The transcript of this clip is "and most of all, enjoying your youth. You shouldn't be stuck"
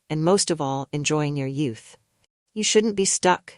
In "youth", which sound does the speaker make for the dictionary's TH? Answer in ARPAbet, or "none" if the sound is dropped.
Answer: TH